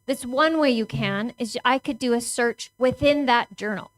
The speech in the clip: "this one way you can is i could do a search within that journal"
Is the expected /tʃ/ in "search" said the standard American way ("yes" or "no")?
yes